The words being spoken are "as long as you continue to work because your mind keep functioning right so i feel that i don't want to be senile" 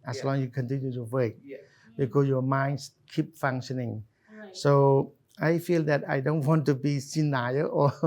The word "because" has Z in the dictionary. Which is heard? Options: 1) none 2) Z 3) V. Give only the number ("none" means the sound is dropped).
1